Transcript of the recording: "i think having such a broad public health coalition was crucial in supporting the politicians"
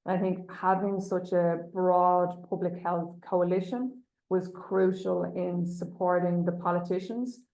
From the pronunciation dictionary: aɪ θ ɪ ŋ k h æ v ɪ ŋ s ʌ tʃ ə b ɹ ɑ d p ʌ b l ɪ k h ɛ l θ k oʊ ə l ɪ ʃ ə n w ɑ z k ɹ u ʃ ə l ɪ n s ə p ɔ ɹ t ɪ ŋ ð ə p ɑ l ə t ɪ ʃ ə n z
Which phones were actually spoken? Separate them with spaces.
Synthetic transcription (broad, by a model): aɪ θ ɪ ŋ k h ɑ v ɪ ŋ s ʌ tʃ ə b ɹ ɑ d p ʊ b l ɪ k h ɛ l θ k oʊ ə l ɪ ʃ ə n w ɑ z k ɹ u ʃ ə l ɪ n s ə p ɔ ɹ t ɪ ŋ ð ə p ɑ l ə t ɪ ʃ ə n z